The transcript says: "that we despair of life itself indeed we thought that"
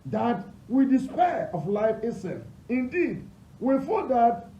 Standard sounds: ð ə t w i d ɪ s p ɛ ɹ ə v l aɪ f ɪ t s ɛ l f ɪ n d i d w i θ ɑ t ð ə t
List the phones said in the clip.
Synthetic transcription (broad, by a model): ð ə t w i d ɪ s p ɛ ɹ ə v l aɪ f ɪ s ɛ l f ɪ n d i d w i f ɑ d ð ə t